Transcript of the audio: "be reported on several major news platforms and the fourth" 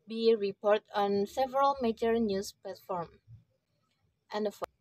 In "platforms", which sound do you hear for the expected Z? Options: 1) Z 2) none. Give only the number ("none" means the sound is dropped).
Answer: 2